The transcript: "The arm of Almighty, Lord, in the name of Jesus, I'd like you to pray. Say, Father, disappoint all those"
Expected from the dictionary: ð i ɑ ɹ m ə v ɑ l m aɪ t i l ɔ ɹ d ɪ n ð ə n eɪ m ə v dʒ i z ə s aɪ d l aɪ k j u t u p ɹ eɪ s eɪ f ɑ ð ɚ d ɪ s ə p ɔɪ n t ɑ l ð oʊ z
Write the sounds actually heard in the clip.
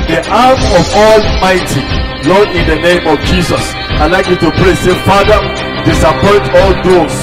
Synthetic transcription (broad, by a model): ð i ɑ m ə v ɑ l m aɪ t i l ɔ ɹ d ɪ n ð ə n eɪ m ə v dʒ i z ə s aɪ l aɪ k j u t u p ɹ eɪ s eɪ f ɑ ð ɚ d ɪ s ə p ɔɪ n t ɑ l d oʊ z